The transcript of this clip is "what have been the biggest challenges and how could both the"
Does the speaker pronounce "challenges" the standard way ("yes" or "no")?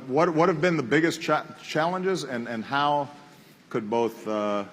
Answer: yes